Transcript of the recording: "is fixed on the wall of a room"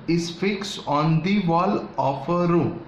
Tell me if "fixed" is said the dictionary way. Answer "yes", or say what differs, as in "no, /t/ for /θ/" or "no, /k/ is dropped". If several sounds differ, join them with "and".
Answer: no, /t/ is dropped